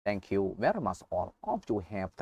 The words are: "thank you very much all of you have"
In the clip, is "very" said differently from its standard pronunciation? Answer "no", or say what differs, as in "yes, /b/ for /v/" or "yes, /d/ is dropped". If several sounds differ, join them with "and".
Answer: no